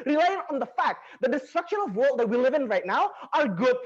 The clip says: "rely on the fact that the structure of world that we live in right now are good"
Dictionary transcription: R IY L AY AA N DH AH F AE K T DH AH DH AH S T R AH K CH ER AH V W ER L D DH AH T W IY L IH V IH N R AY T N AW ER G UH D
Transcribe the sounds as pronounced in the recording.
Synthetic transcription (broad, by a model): R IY L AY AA N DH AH F AE K T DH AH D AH S T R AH K SH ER AH V W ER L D DH AH T W IY L IH V IH N R AY T N AW ER G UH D